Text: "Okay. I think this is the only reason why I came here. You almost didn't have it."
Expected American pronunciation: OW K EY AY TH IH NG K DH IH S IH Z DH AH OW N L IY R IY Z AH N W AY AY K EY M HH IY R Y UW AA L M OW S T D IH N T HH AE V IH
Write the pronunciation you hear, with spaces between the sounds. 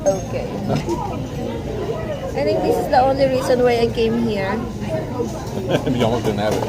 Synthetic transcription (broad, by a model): OW K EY AY T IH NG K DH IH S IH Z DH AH OW N L IY R IY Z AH N W AY AY K EY M HH IY R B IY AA M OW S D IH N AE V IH